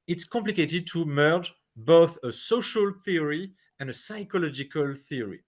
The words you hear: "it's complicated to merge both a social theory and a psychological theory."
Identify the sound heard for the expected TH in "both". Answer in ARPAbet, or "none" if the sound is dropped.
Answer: TH